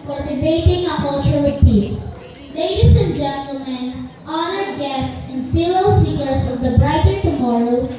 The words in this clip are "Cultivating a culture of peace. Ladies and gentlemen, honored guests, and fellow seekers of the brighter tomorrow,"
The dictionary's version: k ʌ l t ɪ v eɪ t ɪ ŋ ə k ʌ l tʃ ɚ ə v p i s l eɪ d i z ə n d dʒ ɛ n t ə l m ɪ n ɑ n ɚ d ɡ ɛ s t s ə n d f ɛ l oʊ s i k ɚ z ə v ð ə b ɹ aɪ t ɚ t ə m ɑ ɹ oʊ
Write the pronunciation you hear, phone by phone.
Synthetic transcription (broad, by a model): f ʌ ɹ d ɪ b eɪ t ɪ ŋ ə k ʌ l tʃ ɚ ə p i s l eɪ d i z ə n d dʒ ɛ n t ə l m ɪ n ɑ n ɚ d ɡ ɛ s t s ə n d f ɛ l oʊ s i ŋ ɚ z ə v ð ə b ɹ aɪ t ɚ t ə m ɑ ɹ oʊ